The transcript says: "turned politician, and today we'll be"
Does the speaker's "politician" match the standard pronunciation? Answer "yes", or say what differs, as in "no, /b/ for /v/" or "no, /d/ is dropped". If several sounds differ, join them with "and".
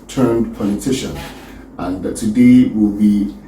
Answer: yes